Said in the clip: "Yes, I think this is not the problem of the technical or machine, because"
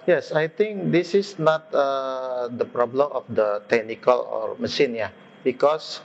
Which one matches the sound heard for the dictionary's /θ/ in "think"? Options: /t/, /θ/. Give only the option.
/t/